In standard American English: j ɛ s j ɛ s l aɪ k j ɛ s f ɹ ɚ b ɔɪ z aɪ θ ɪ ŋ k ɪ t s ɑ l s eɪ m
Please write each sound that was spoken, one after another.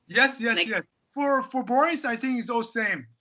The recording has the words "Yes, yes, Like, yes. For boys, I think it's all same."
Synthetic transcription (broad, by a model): j ɛ s j ɛ s j ɛ s f ɹ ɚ b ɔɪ s aɪ θ ɪ ŋ k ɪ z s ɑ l s eɪ m